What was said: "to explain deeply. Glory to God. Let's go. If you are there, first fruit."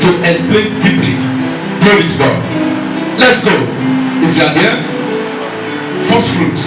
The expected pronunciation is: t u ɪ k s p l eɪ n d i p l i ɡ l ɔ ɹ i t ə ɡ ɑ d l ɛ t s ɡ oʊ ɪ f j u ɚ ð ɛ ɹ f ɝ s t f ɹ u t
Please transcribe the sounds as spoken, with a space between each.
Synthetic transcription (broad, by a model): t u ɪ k s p l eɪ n d i p l i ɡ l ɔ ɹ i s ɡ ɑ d l ɛ t s ɡ oʊ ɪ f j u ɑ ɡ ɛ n f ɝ s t f ɹ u t